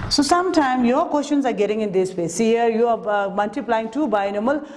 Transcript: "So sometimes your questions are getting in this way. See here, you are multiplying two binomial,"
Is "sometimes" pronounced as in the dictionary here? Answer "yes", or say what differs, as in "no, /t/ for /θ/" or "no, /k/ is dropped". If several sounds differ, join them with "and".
no, /z/ is dropped